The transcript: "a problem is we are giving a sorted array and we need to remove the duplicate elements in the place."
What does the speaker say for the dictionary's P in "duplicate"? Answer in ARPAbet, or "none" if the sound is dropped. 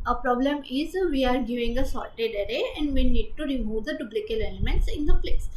B